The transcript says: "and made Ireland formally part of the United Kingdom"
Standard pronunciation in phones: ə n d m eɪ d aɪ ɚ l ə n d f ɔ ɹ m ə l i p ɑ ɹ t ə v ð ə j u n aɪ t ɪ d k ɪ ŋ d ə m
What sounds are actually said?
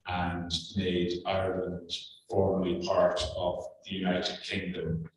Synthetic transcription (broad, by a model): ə n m eɪ d aɪ ɚ l ə n d f ɔ ɹ m ə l i p ɑ ɹ t ə v ð ə j u n aɪ t ɪ d k ɪ ŋ d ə m